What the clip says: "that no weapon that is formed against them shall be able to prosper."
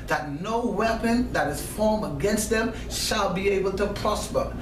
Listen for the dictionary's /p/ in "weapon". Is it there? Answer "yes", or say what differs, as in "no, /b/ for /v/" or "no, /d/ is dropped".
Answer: yes